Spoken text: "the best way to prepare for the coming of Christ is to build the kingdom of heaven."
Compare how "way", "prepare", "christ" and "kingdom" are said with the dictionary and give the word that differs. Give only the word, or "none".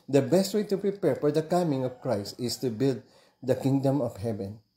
none